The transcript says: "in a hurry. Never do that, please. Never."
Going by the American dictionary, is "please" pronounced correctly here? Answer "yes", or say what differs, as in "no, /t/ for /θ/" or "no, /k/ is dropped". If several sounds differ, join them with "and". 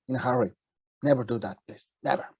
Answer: no, /s/ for /z/